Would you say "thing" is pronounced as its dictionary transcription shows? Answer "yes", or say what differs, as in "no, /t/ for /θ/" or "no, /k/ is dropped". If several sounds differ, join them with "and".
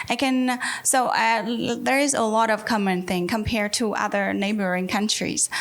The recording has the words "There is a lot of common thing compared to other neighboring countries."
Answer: yes